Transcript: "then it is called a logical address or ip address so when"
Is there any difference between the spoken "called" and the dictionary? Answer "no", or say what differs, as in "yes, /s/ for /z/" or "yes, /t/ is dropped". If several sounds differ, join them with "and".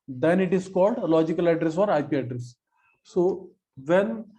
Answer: no